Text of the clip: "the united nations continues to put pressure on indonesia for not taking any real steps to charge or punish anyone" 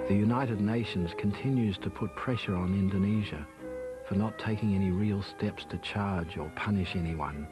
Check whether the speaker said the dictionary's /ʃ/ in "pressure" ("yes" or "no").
yes